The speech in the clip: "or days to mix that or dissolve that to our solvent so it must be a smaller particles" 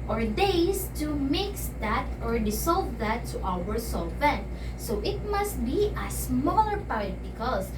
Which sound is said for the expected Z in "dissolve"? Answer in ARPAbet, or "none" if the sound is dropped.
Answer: S